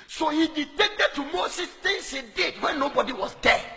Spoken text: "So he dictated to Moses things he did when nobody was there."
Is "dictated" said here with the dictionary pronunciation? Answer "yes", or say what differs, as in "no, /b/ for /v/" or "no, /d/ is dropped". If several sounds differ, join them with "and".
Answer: no, /k/ is dropped